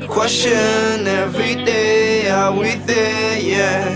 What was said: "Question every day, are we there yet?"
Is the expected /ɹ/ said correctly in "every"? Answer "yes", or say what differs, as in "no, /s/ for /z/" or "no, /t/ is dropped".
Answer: yes